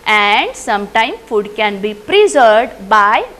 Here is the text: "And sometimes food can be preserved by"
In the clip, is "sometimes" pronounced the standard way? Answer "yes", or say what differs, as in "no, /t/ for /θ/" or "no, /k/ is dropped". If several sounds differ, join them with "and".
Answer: no, /z/ is dropped